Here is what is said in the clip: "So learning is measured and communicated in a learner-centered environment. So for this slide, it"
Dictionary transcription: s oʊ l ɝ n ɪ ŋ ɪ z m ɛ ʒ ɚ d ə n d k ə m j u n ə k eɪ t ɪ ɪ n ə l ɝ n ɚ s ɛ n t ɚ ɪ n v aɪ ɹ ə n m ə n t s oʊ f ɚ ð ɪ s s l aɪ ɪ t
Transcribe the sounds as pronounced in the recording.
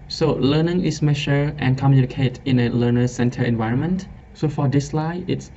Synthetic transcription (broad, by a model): s oʊ l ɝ n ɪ ŋ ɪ s m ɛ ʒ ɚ ə n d k ə m j u n ə k eɪ t ɪ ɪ n ə l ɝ n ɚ s ɛ n t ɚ ɪ n v aɪ ɹ ə n m ə n t s oʊ f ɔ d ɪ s s l aɪ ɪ t